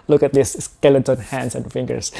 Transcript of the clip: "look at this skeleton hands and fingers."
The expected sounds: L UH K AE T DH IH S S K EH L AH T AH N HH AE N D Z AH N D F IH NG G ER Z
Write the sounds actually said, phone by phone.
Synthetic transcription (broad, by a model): L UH K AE T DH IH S S K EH L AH S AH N HH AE N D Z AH N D F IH NG G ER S